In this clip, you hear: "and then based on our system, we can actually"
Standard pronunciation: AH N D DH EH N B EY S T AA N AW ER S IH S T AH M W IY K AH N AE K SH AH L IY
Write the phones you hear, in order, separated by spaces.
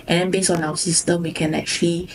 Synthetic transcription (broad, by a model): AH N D EH N B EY S AA N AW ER S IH S T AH M W IY K AH N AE K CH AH L IY